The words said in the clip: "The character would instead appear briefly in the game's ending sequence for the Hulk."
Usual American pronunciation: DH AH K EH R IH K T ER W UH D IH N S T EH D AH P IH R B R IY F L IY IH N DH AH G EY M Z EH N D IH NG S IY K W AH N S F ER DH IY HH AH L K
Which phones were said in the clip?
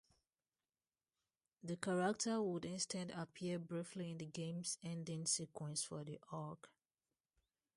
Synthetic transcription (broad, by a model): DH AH K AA R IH K T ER W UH D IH N S T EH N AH P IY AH B R IY F L IY IH N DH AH G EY M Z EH N D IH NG S IY K W AH N S F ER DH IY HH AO K